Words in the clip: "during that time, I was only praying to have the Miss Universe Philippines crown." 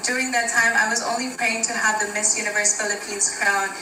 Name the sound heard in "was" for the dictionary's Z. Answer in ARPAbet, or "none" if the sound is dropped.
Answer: Z